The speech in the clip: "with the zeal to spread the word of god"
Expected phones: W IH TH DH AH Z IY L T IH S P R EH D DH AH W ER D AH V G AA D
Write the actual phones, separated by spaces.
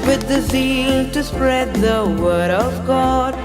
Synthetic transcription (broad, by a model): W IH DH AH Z IY L T IH S P R EH D DH AH W ER D AH V G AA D